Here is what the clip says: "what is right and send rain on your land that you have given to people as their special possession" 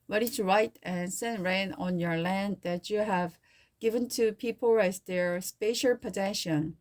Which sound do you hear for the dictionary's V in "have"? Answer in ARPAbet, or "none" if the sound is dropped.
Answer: V